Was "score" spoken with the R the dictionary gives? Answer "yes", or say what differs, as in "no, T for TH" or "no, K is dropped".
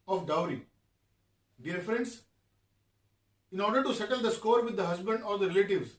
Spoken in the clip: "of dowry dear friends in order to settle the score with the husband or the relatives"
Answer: yes